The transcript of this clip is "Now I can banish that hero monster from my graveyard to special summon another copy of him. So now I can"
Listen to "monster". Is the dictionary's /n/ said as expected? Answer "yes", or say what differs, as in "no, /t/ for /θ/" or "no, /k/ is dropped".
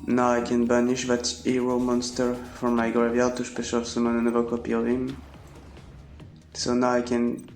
yes